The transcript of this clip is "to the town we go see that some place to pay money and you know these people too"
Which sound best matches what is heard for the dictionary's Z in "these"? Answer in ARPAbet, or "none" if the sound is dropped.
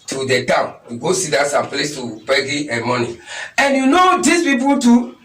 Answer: S